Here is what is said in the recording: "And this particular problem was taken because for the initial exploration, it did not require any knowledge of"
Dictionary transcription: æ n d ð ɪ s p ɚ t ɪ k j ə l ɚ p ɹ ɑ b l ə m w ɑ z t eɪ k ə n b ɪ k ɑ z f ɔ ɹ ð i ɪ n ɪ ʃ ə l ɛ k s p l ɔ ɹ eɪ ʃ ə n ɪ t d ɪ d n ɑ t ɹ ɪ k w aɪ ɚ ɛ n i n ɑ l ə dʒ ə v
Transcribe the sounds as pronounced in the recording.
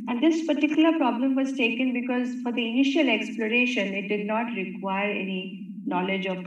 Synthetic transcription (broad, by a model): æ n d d ɪ s p ɚ t ɪ k j ə l ɚ p ɹ ɑ b l ə m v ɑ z t eɪ k ə n b ɪ k ɑ z f ɔ ɹ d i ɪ n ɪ ʃ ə l ɛ k s p l ɔ ɹ eɪ ʃ ə n ɪ t d ɪ d n ɑ t ɹ ɪ k w aɪ ɚ ɛ n i n ɑ l ə dʒ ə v